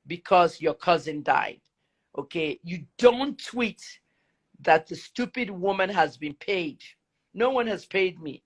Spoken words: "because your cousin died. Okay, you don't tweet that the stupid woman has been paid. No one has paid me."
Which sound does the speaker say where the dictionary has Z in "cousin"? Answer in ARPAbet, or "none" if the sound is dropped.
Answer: Z